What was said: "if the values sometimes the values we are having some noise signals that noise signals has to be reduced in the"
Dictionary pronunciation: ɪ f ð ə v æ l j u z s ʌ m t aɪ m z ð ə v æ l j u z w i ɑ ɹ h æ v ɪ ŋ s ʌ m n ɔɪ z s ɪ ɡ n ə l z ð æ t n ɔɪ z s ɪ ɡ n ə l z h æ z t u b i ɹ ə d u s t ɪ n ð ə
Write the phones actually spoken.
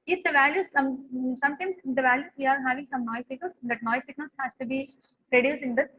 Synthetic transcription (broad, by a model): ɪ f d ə v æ l j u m s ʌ m t aɪ m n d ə v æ l j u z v i ɑ ɹ h æ v ɪ ŋ s ʌ m n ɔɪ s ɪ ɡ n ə l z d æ t n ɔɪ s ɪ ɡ n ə l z h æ s t u b i ɹ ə d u s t ɪ n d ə